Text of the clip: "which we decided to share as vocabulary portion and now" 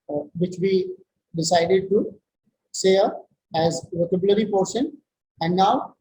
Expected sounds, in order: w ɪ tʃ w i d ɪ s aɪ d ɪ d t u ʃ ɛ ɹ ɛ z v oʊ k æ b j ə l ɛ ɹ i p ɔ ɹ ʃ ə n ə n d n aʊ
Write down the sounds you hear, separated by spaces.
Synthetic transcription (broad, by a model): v ɪ tʃ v i d ɪ s aɪ d ɪ d t u s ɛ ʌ ɛ z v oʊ k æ b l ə ɹ i p ɔ ɹ ʃ ə n ə n d n aʊ